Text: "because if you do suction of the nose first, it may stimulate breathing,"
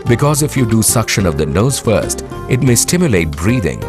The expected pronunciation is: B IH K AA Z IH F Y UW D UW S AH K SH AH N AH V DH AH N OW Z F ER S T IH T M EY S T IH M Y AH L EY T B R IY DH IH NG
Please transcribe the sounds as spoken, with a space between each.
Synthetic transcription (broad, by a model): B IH K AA Z IH F Y UW D UW S AH K SH AH N AH V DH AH N OW Z F ER S T IH T M EY S T IH M Y AH L EY T B R IY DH IH NG